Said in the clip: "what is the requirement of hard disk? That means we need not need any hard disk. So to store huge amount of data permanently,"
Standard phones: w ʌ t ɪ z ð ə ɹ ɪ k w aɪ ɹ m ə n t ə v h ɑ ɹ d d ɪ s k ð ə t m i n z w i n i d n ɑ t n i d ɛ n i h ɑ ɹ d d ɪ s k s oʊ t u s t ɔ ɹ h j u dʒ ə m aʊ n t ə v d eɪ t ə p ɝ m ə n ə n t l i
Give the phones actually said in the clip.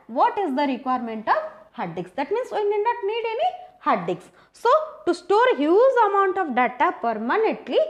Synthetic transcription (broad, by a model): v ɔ t ɪ z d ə ɹ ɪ k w aɪ ɹ m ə n t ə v h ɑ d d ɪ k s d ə t m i n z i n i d n ɑ t n i d ɛ n i h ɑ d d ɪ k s s oʊ t u s t ɔ ɹ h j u z ə m aʊ n t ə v d eɪ t ə p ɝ m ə n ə n t l i